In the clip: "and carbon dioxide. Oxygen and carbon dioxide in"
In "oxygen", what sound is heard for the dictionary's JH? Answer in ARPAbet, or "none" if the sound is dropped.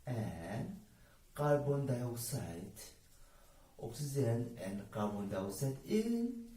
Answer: Z